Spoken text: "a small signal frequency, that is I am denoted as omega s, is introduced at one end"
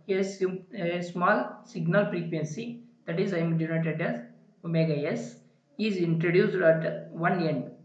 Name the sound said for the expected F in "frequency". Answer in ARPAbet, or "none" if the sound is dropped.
P